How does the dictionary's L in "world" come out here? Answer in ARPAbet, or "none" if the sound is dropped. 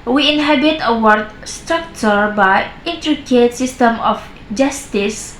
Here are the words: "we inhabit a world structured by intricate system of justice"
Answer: none